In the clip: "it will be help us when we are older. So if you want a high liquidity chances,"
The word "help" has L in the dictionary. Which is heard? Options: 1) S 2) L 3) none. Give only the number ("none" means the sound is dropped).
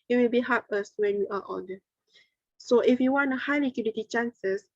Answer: 3